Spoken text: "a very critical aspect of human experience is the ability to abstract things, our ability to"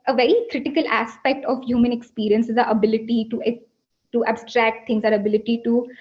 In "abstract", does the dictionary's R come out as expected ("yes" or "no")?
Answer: yes